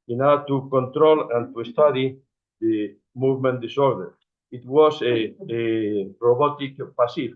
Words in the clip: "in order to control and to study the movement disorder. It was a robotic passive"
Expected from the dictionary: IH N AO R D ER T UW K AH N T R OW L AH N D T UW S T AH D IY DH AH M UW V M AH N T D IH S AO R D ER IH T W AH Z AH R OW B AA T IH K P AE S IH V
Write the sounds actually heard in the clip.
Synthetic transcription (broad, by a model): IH N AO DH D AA T UW K AH N T R OW L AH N T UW S T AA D IY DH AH M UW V M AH N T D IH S AO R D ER IH T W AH S AH R OW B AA T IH K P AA S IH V